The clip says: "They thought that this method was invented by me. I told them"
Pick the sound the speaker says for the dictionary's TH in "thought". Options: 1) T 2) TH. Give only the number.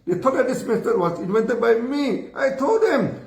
1